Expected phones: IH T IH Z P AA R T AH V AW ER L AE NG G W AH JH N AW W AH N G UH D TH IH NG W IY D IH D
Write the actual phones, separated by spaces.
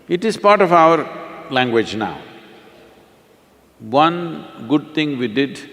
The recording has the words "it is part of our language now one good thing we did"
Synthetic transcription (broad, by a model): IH T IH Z P AA R T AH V AW ER L AE NG G W AH JH N AW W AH N G UH D T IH NG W IY D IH D